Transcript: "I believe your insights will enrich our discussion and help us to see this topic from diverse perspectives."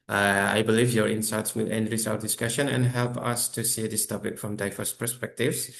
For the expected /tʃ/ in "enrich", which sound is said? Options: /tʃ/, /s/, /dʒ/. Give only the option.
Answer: /s/